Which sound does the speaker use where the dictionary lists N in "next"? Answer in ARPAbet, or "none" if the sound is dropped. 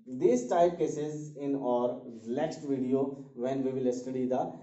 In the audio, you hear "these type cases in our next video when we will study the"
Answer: L